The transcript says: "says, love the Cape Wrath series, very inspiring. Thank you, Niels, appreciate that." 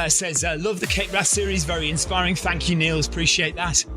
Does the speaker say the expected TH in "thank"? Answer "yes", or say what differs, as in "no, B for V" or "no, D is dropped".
yes